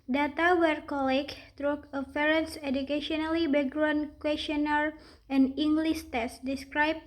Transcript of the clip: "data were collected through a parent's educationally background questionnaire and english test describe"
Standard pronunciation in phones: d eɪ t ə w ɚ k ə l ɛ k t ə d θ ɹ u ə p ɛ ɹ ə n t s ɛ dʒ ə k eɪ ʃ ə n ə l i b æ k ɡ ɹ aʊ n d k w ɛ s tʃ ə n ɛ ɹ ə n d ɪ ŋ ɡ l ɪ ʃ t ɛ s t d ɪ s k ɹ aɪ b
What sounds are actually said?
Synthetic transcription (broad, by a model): d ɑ t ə w ɚ k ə l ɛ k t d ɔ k ə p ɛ ɹ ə n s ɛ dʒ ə k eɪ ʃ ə n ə l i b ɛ ɡ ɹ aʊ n k w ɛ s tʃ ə n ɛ ɹ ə n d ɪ ŋ ɡ l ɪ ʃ t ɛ s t d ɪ s k ɹ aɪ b